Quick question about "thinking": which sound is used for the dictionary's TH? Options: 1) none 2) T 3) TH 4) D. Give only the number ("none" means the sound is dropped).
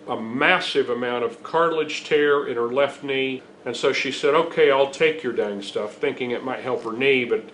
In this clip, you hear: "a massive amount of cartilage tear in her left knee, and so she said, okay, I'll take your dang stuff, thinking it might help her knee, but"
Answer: 3